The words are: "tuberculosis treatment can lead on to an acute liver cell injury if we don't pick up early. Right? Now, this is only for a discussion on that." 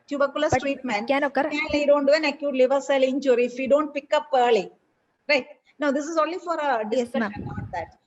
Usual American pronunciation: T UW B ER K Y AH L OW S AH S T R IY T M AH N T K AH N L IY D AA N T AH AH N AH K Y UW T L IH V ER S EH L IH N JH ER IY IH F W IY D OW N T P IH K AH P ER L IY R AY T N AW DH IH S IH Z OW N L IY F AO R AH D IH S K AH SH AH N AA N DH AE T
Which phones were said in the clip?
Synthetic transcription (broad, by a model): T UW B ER K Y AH L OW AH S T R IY T M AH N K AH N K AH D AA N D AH AH N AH K Y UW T L IH V ER S EH L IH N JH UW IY IH F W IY D OW N T P IH K AH P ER L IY R AY T N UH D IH S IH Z OW N L IY F AO R AH D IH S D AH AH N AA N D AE T